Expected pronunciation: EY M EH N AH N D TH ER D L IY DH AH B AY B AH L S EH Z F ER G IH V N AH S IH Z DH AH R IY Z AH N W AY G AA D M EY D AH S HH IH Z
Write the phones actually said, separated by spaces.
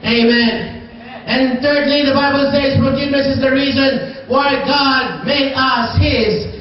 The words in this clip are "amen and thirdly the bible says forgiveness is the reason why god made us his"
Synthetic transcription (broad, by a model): EY M EH N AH N TH ER D L IY DH AH B AY B AH L S EH Z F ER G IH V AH S IH Z DH AH R IY Z AH N W AY G AA D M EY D AH S HH IH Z